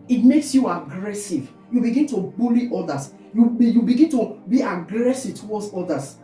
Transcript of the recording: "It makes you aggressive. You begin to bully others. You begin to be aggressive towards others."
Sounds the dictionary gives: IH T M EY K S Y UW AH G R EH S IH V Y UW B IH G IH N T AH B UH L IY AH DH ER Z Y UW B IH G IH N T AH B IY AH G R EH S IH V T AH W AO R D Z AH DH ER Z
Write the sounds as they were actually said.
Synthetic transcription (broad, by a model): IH T M EY K S Y UW AH G R EH S IH V Y UW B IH G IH N T AH B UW L IY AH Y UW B Y UW B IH G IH N T AH B IY AH G R EH S IH V T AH W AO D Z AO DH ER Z